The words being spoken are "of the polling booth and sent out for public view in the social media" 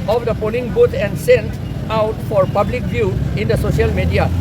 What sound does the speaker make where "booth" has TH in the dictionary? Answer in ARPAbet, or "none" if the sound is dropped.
T